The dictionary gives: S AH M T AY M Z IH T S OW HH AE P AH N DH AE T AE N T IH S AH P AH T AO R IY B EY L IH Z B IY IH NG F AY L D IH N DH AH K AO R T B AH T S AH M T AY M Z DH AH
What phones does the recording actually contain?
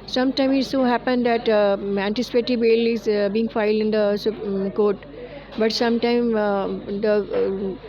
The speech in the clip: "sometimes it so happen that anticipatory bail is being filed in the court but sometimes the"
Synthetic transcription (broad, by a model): S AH M T AY M IH T S OW HH AE P AH N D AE T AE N T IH S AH P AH T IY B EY L IH Z B IY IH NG F AY L D IH N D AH K AO R T B AH T S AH M T AY M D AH